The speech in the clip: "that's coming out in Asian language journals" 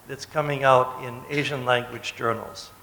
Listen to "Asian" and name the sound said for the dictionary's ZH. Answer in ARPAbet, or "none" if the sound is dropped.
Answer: ZH